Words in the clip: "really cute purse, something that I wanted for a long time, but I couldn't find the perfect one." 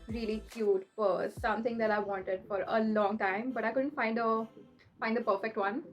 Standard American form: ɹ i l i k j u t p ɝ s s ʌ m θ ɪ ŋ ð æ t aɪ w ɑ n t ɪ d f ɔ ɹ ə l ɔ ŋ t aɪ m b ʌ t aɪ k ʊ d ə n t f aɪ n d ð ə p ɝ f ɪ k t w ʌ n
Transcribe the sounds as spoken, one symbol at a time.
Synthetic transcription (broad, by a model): ɹ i l i k j u t f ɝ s s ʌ m t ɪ ŋ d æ t aɪ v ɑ n t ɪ d f ɔ ɹ ə l ɔ ŋ t aɪ m b ʌ t aɪ k ʊ d ə n t f aɪ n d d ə p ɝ f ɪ k t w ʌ n